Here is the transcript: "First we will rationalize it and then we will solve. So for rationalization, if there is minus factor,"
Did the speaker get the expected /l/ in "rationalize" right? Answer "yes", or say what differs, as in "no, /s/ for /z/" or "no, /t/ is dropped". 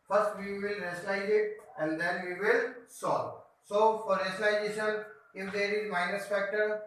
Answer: no, /l/ is dropped